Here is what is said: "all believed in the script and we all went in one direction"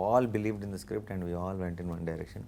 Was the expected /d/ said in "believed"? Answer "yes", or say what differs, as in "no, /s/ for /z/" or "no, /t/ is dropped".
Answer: yes